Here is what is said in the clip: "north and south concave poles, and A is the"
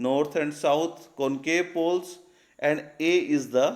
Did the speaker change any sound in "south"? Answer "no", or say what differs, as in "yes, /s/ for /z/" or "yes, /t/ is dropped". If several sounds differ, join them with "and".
yes, /t/ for /θ/